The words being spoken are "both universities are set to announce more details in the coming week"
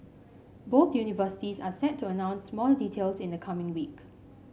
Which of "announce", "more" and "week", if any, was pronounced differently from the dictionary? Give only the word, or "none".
more